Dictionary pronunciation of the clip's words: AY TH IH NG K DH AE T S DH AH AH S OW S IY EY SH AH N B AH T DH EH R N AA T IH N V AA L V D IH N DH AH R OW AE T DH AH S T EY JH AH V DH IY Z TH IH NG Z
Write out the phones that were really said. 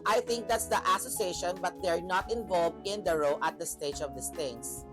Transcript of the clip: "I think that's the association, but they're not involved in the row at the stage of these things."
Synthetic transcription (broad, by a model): AY TH IH NG K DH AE T S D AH AH S OW S IY EY SH AH N B AH T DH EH R N AA T IH N V AA L V D IH N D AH R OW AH T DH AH S T EY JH AH V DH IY S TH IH NG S